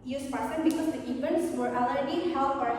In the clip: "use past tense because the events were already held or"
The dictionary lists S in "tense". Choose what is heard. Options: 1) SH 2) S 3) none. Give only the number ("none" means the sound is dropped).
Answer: 3